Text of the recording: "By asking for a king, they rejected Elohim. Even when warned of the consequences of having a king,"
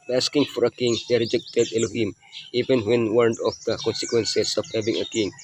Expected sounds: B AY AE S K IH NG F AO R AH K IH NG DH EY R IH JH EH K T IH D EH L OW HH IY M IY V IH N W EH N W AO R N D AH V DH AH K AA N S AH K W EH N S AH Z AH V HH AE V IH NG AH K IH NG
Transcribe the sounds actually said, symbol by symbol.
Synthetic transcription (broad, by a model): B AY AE S K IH NG F AO R AH K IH NG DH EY R IH JH EH K T IH D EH L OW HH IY M IY V IH N W EH N W AO R N D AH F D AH K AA N S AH K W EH N S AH S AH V HH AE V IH NG AH K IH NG